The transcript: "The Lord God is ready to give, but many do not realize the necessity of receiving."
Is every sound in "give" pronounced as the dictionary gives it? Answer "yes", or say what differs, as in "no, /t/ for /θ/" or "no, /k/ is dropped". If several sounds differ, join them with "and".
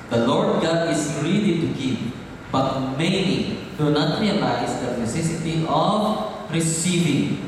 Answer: no, /p/ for /v/